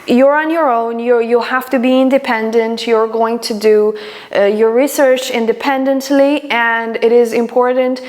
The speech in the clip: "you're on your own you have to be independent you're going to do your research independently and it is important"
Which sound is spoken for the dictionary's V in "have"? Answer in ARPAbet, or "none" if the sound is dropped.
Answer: F